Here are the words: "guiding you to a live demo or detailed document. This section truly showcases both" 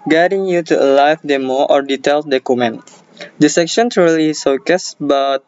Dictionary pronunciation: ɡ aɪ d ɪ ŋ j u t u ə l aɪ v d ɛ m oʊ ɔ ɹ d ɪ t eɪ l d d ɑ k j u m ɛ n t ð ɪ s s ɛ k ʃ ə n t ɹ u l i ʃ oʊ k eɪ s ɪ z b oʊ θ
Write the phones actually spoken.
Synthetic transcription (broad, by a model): ɡ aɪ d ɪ ŋ j u t u ə l aɪ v d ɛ m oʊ ɔ ɹ d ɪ t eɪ l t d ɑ k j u m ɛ n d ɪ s s ɛ k ʃ ə n t ɹ u l i s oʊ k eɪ s b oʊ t